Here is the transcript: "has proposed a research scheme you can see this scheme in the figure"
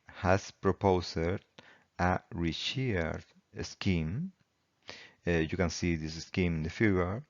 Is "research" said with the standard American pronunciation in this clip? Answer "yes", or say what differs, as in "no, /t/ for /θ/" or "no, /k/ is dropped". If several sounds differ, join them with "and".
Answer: no, /ʃ/ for /s/